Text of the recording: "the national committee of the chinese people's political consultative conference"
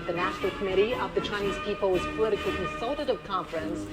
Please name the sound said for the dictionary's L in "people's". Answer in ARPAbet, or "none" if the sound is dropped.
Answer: none